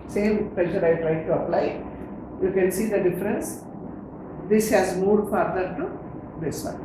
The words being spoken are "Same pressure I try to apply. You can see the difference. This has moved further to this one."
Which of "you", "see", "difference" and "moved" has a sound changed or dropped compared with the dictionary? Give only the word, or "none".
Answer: moved